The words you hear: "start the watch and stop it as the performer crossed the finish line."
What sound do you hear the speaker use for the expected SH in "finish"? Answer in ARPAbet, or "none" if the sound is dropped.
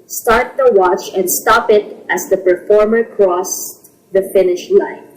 SH